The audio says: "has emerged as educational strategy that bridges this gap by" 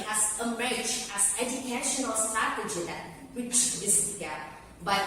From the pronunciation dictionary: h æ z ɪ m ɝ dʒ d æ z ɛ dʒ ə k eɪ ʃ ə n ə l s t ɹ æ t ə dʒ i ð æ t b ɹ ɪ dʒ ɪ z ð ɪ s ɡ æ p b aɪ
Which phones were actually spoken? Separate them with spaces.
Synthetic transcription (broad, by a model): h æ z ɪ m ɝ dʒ æ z ɛ dʒ ə k eɪ ʃ ə n ə l s t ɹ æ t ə dʒ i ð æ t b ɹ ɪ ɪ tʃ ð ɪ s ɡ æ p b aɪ